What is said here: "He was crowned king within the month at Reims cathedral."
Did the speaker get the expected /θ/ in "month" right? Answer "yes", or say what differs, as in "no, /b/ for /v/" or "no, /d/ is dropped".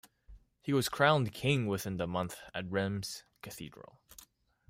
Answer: yes